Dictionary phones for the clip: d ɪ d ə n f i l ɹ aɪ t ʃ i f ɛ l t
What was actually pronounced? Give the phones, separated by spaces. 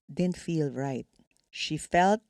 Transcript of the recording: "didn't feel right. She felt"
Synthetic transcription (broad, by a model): d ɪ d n f i l ɹ aɪ t ʃ i f ɛ l t